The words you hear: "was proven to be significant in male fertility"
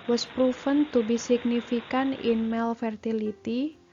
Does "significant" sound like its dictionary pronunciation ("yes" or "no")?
no